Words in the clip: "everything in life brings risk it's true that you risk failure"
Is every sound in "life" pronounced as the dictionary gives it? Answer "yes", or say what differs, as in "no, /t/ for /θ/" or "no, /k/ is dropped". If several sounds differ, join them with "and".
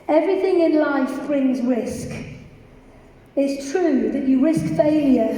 yes